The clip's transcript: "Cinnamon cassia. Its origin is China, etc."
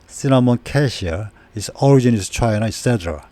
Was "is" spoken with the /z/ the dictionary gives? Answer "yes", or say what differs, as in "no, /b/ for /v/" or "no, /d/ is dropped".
no, /s/ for /z/